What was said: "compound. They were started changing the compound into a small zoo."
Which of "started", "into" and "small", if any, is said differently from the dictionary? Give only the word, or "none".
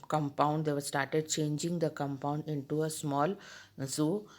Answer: none